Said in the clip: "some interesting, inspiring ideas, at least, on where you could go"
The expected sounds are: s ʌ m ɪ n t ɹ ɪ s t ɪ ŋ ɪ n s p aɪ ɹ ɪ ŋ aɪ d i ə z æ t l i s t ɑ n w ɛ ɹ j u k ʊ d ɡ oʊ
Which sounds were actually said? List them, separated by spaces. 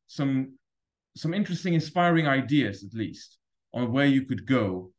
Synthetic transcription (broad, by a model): s ʌ m ɪ n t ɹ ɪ s t ɪ ŋ ɪ n s p aɪ ɹ ɪ ŋ aɪ d i ə z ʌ t l i s t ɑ n w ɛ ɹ j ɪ k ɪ d ɡ oʊ